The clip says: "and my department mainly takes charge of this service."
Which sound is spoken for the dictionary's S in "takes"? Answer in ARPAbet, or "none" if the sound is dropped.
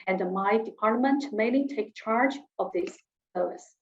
none